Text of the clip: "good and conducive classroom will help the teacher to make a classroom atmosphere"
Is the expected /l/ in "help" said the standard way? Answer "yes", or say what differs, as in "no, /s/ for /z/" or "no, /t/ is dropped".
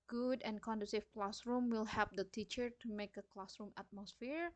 no, /l/ is dropped